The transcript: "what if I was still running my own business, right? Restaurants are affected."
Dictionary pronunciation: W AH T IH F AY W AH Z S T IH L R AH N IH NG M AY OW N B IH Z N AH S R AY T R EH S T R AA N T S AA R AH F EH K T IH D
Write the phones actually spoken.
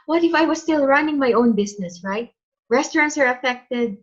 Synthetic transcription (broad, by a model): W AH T IH F AY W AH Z S T IH L R AH N IH NG M AY OW N B IH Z N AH S R AY T R EH S T R AA N T S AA R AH F EH K T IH D